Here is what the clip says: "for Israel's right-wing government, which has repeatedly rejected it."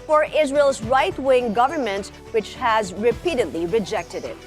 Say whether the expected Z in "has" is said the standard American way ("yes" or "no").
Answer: yes